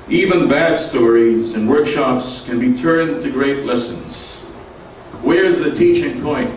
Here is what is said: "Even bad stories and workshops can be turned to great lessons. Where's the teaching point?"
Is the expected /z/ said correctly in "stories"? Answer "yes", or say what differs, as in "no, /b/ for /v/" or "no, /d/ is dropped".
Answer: yes